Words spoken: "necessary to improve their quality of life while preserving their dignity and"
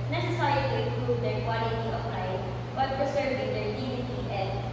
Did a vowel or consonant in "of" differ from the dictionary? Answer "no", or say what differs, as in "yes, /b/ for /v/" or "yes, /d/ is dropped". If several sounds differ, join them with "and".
yes, /p/ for /v/